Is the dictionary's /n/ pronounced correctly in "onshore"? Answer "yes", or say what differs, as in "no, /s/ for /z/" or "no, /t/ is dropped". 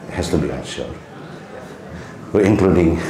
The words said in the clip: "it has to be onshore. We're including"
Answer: no, /n/ is dropped